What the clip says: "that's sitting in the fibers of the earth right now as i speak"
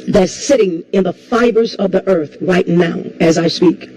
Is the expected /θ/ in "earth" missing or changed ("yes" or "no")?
no